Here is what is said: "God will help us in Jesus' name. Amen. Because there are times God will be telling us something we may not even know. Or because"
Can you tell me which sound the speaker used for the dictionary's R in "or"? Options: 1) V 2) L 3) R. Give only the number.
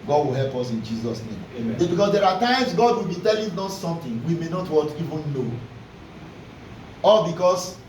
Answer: 2